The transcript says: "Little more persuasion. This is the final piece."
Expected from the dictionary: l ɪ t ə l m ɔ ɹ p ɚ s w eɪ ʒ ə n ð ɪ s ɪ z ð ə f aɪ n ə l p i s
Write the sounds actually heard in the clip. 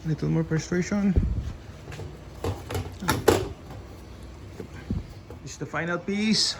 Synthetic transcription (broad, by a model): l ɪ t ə l m ɔ ɹ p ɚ s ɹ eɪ ʃ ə n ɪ ɪ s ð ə f aɪ n ə l p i s